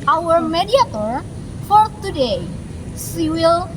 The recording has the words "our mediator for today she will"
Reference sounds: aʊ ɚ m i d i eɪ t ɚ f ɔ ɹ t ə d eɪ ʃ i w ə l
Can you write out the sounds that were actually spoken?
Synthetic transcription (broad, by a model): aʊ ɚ m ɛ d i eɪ t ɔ f ɔ ɹ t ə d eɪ s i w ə l